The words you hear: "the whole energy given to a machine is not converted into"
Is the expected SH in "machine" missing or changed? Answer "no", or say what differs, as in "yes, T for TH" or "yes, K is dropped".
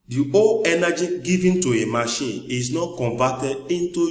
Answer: no